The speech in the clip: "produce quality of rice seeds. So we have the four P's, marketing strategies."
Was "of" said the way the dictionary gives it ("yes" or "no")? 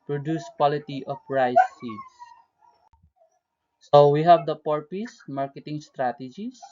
no